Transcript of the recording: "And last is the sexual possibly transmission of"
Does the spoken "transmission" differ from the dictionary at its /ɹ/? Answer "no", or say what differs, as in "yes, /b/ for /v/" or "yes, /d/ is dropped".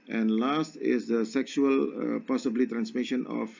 no